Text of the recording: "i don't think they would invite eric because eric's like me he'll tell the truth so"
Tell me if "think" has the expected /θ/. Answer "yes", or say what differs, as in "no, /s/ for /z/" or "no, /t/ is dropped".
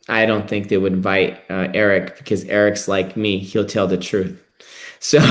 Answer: yes